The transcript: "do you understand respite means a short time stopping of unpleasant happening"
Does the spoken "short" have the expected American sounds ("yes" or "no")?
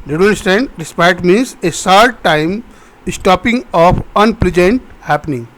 no